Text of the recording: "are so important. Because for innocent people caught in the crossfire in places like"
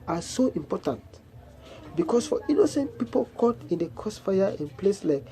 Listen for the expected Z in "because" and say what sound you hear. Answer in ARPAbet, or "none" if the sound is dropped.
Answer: S